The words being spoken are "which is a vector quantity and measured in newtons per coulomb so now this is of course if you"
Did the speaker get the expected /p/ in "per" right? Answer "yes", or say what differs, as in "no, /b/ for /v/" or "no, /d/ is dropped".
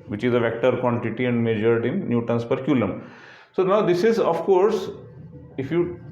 yes